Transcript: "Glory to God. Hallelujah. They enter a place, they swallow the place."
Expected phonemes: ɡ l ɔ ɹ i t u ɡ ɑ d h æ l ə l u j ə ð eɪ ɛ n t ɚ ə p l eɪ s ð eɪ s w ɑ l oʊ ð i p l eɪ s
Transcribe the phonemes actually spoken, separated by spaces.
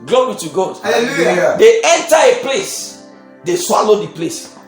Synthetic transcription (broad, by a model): ɡ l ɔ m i t u ɡ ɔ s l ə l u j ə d eɪ ɛ n t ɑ ə p l eɪ s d eɪ s w ɑ l oʊ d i p l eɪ s